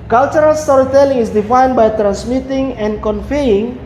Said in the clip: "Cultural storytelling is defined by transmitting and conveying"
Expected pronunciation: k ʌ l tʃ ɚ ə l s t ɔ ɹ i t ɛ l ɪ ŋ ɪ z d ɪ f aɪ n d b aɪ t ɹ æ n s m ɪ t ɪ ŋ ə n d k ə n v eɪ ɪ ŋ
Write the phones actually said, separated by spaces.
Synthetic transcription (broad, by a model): k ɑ l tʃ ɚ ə l s t ɔ ɹ i t ɛ l ɪ ŋ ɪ s d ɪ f aɪ n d b aɪ t ɹ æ n s m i t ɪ ŋ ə n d k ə n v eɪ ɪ ŋ